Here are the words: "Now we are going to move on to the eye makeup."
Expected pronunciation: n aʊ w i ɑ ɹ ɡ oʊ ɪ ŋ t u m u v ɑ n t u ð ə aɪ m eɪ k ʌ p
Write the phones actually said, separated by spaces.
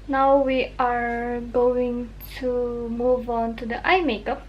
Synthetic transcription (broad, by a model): n aʊ w i ɑ ɹ ɡ oʊ ɪ ŋ t u m u v ɑ n t u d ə aɪ m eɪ k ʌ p